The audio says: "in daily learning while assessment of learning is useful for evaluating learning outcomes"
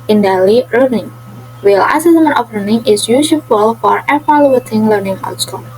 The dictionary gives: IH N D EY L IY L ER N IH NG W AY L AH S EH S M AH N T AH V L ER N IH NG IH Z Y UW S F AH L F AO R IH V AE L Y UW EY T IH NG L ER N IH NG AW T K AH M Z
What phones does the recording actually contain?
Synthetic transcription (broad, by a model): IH N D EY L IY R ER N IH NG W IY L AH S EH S M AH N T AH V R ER N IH NG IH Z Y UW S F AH L F AO R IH F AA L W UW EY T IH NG L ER N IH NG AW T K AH